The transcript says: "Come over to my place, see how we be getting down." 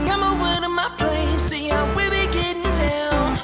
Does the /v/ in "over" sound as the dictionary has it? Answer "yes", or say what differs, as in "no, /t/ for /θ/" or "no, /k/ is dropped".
no, /v/ is dropped